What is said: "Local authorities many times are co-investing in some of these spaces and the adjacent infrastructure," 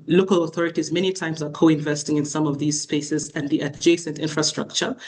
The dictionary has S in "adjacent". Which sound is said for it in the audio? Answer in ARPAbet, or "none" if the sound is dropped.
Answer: S